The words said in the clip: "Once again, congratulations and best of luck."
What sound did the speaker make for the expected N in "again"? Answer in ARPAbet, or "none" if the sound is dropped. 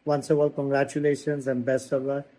L